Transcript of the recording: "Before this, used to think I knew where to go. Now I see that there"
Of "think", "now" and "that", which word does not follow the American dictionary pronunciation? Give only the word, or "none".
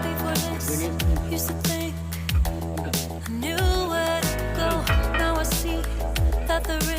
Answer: none